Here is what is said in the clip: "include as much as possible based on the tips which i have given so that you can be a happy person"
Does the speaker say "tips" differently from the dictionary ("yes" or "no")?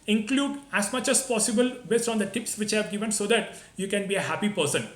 no